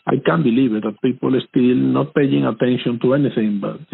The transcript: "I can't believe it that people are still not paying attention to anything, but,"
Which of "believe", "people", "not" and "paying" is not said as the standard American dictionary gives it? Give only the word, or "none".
believe